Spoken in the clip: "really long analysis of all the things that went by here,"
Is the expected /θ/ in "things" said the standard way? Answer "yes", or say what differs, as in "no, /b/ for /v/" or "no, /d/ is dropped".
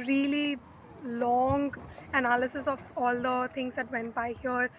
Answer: no, /t/ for /θ/